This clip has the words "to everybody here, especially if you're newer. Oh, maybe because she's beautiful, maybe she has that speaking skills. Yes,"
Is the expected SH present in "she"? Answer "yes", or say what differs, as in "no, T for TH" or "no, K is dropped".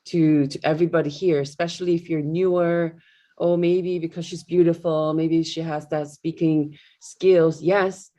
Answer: yes